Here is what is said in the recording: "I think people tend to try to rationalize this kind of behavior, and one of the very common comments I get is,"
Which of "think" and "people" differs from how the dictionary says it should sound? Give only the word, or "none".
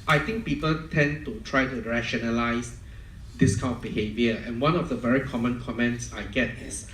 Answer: think